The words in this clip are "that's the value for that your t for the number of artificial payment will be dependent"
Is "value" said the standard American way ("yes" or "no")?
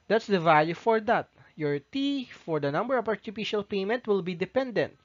yes